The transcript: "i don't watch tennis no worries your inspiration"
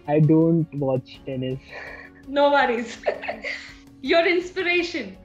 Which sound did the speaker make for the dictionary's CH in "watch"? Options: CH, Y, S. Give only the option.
CH